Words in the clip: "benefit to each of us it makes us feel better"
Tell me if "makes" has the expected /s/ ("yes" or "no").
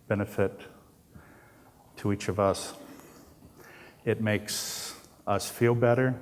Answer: yes